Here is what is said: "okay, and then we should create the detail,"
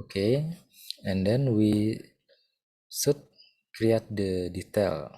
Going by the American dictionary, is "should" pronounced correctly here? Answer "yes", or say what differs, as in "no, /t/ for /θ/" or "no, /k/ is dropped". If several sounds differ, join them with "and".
no, /s/ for /ʃ/